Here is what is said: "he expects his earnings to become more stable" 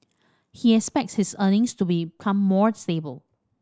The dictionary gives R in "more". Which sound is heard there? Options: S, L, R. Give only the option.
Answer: R